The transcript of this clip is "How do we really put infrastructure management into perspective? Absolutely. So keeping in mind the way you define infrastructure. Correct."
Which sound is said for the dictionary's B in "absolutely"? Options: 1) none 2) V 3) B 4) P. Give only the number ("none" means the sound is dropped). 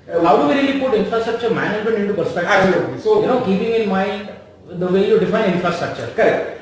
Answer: 1